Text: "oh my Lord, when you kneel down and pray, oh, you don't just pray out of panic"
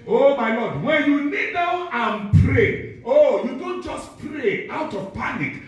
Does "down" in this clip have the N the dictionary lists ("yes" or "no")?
no